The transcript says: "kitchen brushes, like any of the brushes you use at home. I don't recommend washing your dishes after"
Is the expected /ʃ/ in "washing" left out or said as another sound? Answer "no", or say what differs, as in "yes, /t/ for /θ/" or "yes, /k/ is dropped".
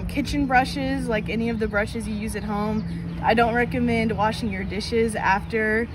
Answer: no